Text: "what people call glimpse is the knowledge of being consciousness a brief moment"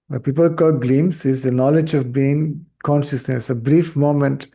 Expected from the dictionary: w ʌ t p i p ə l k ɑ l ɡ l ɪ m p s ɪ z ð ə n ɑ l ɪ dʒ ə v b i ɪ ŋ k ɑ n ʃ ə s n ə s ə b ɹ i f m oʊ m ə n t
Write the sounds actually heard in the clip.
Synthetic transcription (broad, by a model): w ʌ p i p ə l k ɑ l ɡ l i m s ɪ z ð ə n ɑ l ɪ dʒ ə v b i ɪ ŋ k ɑ n ʃ ə s n ə s ə b ɹ i f m oʊ m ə n t